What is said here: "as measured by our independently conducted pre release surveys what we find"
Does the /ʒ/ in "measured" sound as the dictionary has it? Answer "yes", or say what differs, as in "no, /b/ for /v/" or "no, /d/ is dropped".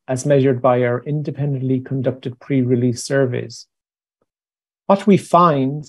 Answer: yes